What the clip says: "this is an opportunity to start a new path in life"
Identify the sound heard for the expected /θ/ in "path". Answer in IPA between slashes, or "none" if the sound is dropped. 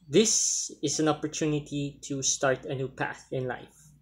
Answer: /θ/